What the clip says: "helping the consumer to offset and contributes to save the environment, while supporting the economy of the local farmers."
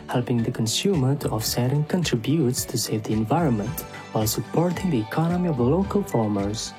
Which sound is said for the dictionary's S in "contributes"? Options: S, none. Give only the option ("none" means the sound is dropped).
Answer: S